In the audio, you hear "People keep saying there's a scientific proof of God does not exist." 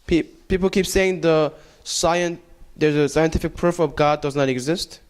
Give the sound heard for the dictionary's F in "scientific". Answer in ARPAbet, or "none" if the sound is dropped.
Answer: F